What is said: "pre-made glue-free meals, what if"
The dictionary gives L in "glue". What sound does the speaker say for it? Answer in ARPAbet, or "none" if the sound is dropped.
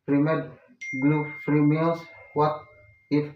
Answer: L